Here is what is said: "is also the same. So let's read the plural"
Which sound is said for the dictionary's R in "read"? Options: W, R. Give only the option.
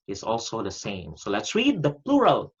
R